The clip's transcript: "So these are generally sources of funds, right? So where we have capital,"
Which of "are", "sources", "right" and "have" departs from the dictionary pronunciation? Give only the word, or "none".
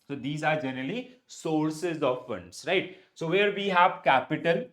none